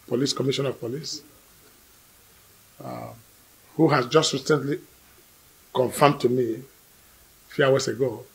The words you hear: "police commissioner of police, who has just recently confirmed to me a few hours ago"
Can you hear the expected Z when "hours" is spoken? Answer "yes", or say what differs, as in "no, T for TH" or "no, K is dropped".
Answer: no, S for Z